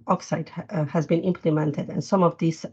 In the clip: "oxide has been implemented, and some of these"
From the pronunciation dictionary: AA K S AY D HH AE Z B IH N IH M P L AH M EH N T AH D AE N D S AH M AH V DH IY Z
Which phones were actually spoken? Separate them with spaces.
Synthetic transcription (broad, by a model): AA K S AY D HH AE Z B IH N IH M P L AH M EH N T AH D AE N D S AH M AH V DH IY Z